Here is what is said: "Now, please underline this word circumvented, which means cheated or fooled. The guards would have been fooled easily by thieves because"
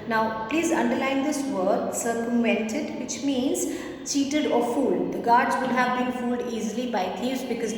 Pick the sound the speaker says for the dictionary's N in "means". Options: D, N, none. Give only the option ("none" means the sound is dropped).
N